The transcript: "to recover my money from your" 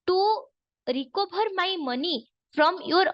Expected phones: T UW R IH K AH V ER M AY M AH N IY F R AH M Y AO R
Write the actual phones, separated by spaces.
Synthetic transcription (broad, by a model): T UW R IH K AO B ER M AY M AH N IY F R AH M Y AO R